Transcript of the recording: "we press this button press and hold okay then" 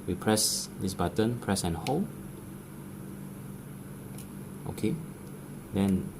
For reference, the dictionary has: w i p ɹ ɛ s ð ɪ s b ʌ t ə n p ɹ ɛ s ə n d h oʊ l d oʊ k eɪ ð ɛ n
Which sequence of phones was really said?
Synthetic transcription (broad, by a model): w i p ɹ ɛ s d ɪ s b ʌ t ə n p ɹ ɛ s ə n h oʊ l oʊ k eɪ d ɛ n